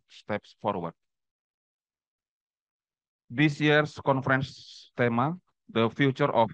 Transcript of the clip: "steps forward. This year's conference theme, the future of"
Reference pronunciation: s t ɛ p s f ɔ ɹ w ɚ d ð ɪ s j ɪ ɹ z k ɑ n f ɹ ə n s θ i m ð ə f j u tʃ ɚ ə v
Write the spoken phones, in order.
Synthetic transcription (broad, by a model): s t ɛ p s f ɔ ɹ w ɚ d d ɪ s j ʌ ɹ s k ɑ n f ɹ ə n s t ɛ m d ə f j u tʃ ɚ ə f